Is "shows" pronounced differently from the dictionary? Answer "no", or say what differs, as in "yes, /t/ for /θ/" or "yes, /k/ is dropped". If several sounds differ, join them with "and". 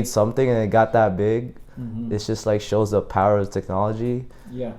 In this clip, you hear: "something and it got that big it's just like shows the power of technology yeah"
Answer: no